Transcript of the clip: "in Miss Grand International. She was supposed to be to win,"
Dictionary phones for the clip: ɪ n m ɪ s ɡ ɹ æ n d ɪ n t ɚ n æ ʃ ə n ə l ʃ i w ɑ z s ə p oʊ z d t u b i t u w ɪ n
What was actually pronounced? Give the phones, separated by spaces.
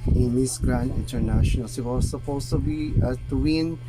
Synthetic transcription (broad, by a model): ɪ n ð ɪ s ɡ ɹ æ n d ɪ n t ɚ n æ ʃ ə n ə l s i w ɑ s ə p oʊ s t u b i t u w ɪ n